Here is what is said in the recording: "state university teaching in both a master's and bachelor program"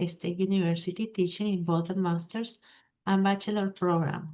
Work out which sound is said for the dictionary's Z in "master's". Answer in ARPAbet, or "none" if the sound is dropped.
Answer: S